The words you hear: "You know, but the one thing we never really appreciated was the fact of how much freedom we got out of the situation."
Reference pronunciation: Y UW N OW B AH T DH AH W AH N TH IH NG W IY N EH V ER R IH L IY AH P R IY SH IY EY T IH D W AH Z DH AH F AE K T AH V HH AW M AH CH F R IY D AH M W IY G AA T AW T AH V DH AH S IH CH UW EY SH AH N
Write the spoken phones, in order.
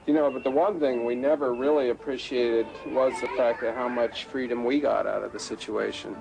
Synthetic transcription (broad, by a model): Y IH N OW B AH T DH AH W AH N TH IH NG W IY N EH V ER R IH L IY AH P R IY SH IY EY T IH D W AH Z DH AH F AE K T AH V HH AW M AH CH F R IY D AH M W IY G AA T AW T AH V DH AH S IH CH UW EY SH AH N